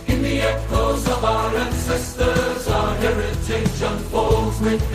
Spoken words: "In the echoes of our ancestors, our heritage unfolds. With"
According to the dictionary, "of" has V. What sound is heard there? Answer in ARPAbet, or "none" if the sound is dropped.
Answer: V